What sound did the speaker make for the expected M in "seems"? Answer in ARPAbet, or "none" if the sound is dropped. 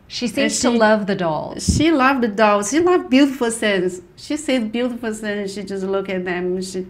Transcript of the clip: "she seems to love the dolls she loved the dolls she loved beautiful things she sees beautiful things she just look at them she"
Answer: none